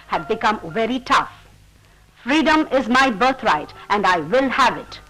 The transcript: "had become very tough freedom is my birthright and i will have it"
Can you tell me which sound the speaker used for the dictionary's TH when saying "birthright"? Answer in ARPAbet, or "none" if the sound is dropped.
T